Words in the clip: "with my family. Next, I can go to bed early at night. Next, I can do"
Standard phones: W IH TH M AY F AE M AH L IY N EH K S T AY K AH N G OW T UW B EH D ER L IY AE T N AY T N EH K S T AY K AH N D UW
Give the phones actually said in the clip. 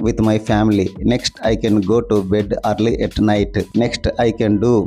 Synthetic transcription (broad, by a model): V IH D M AY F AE M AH L IY N EH K S T AY K AH N G OW T UW B EH D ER L IY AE T N AY T N EH K S T AY K AH N D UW